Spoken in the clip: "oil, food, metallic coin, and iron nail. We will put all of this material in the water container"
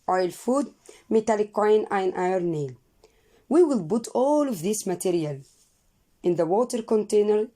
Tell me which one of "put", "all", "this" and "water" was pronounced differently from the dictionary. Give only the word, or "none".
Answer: put